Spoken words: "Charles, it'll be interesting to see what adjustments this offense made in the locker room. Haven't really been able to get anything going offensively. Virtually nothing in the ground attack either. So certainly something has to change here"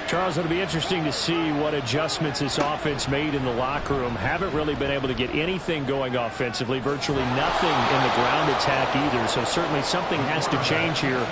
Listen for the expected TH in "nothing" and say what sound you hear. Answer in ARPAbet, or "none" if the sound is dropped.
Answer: TH